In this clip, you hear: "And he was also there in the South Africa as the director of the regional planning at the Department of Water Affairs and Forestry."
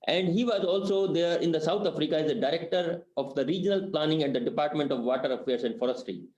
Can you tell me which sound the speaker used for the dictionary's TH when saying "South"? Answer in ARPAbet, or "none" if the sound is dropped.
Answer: T